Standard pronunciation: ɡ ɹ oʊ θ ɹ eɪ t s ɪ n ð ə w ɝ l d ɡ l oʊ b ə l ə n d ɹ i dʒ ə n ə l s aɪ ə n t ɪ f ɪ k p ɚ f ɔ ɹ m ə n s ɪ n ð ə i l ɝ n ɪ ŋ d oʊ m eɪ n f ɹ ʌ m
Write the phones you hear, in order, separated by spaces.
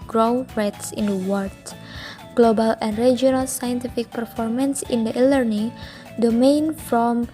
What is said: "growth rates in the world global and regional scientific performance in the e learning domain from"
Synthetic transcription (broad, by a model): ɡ ɹ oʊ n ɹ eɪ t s ɪ n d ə w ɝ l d ɡ l oʊ b ə l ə n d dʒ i ə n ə l s aɪ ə n t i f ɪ k p ɚ f ɔ ɹ m ə n s ɪ n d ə i l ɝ n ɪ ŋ d oʊ m eɪ n f ɹ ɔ m